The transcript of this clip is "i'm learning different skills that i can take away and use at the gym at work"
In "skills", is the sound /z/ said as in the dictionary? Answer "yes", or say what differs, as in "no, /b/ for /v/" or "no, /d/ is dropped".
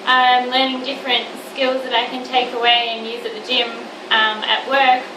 yes